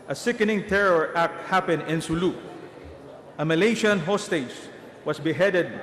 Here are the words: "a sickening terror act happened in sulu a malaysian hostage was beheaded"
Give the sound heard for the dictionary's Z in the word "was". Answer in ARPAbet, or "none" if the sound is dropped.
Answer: S